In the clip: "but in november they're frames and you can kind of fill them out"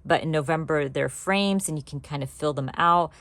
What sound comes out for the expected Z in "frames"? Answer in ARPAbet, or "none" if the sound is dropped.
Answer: Z